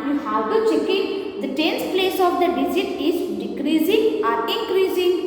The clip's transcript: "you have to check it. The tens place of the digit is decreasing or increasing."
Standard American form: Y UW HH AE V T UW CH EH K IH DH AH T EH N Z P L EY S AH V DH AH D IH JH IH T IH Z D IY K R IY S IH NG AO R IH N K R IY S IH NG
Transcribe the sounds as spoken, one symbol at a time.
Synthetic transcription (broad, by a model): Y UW HH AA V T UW CH EH K IH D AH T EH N S P L EY S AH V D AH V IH Z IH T IH Z D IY K R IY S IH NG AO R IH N K R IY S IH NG